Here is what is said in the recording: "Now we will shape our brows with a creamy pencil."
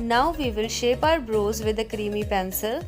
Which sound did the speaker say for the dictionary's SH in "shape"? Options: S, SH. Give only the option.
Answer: SH